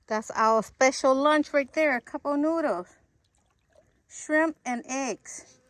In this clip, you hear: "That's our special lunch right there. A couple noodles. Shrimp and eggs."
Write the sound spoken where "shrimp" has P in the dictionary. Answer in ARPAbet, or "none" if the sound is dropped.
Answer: P